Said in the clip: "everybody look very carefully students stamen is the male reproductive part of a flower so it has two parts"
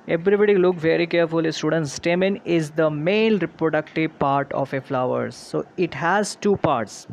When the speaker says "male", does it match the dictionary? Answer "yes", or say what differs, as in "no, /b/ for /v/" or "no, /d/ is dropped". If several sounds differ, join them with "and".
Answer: no, /n/ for /l/